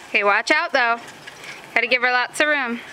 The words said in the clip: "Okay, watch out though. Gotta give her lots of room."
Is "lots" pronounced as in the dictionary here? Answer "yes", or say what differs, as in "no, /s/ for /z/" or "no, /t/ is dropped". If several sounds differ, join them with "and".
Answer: no, /s/ is dropped